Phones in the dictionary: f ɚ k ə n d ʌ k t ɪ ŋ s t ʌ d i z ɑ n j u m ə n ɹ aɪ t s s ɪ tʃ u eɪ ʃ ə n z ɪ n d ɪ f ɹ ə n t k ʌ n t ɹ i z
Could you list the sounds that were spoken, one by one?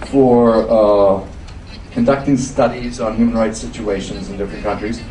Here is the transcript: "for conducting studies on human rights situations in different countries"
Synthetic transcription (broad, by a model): f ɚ k ə n d ʌ k t ɪ ŋ s t ʌ d i z n j u m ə n ɹ aɪ t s s ɪ tʃ u eɪ ʃ ə n z ɪ n d ɪ f ɹ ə n k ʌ n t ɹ i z